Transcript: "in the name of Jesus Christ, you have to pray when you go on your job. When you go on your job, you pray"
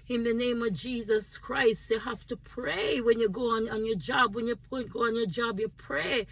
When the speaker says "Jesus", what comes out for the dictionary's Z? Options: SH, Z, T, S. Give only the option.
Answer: Z